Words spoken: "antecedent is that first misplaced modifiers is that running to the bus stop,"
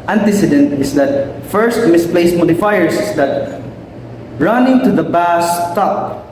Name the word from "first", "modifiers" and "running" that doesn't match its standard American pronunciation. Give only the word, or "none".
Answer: modifiers